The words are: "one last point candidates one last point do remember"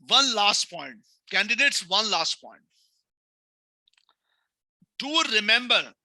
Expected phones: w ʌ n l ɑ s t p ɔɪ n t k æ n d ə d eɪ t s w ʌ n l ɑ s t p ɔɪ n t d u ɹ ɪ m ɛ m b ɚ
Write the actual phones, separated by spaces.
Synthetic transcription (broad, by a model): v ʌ n l ɑ s t p ɔɪ n t k æ n d ə d eɪ t s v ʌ n l ɑ s t p ɔɪ n t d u ɹ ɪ m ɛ m b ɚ